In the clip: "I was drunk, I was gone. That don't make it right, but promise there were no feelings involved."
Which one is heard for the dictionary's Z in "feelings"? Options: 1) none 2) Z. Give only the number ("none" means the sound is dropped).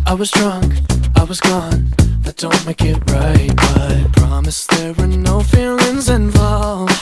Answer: 2